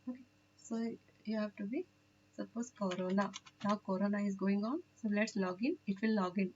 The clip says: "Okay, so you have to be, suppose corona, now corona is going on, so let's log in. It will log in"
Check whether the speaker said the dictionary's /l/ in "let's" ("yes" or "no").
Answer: yes